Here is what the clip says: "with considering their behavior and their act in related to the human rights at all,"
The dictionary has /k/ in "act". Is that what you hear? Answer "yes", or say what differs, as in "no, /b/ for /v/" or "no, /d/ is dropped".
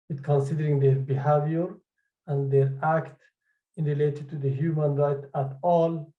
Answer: yes